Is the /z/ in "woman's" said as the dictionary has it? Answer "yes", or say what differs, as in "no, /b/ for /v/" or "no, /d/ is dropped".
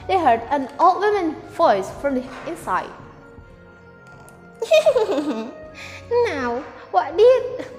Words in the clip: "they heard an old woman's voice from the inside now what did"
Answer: no, /z/ is dropped